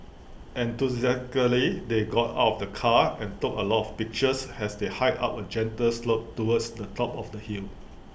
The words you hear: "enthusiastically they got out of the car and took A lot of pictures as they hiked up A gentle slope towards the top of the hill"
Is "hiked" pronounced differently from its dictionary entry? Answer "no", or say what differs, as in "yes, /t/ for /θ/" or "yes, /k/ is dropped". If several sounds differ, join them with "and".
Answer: yes, /k/ is dropped